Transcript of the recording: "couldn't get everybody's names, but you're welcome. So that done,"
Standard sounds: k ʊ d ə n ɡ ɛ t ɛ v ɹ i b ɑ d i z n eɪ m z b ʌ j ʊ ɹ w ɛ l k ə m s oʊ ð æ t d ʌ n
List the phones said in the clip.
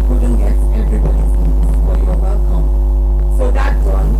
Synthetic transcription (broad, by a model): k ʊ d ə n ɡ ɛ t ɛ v ɹ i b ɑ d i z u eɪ z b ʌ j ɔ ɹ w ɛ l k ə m s oʊ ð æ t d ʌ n